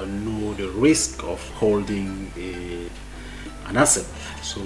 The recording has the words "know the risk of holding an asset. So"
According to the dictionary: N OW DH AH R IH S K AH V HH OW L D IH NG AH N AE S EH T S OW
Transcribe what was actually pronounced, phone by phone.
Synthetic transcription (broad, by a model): N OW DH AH R IH S K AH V HH OW L D IH NG AH N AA S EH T S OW